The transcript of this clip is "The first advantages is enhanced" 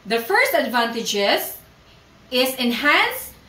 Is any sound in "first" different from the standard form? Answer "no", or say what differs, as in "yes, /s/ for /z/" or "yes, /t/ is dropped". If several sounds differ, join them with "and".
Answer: no